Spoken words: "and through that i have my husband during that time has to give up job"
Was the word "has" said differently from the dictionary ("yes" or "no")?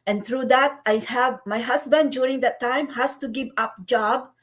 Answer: yes